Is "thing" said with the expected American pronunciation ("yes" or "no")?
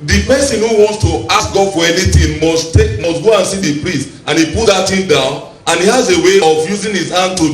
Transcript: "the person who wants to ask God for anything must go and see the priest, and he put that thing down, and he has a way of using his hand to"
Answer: no